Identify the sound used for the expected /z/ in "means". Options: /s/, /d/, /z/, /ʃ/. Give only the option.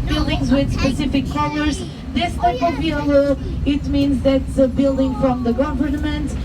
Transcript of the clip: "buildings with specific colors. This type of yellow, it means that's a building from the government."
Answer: /z/